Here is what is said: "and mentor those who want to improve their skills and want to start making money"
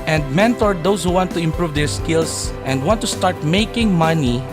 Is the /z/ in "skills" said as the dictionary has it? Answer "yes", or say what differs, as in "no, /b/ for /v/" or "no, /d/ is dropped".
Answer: no, /s/ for /z/